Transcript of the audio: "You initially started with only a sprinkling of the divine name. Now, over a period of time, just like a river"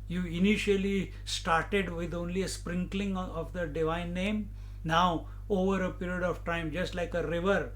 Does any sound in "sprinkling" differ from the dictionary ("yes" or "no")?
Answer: no